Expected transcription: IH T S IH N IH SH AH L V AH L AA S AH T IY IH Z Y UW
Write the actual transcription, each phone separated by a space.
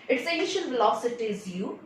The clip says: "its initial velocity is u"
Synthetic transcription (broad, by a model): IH T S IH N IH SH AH N V AH L AA S AH T IY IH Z Y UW